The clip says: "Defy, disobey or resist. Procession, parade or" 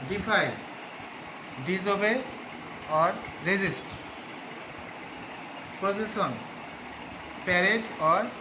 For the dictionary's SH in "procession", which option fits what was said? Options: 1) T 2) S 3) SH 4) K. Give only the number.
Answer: 2